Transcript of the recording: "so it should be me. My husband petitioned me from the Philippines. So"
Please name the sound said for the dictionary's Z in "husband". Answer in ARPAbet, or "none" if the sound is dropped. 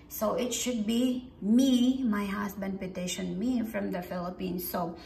S